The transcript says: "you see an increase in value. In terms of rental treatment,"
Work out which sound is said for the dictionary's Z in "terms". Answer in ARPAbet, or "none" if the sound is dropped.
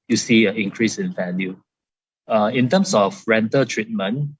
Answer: S